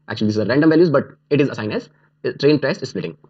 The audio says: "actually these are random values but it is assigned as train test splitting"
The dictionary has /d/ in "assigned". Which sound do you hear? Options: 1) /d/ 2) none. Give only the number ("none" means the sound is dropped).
2